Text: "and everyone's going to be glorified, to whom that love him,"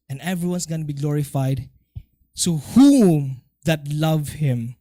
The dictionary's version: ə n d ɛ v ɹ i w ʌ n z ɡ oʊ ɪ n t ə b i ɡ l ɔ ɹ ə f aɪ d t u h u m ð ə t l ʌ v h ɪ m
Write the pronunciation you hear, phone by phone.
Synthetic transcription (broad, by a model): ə n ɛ v ɹ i w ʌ n s ɡ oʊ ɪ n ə b i ɡ l ɔ ɹ ə f aɪ d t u h u m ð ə t l ʌ v h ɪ m